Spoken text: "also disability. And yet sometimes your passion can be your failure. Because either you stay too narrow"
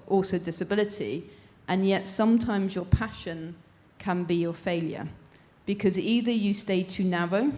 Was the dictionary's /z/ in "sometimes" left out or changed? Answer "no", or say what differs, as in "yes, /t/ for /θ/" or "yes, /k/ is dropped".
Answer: no